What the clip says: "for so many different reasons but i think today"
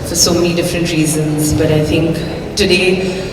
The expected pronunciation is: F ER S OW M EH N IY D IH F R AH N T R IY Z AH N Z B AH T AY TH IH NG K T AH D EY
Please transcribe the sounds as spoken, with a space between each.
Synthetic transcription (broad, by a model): F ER S OW M EH N IY D IH F R AH N T R IY Z AH N Z B AH T AY TH IH NG K T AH D EY